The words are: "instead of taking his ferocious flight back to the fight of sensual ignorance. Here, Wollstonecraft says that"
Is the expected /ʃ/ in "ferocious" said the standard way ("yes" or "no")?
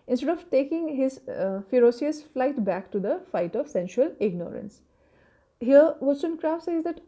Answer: no